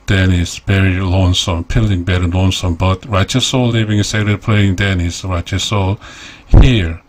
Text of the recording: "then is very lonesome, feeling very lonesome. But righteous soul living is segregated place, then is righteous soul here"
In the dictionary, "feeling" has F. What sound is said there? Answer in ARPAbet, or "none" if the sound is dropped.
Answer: P